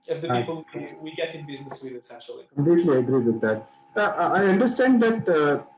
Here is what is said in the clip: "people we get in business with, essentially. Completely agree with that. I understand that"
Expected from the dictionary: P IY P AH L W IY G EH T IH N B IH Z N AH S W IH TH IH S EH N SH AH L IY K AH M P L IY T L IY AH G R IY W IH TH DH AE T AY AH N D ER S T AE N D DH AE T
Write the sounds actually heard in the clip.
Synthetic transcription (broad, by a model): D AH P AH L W IY G EH T IH N B IH Z N AH S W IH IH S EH SH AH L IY K AH M P L IY T L IY AH G R IY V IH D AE T AY AH N D ER S T AE N D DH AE T